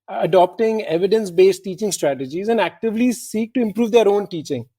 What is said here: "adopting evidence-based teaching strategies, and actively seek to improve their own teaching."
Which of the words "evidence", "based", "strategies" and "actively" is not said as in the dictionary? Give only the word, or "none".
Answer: none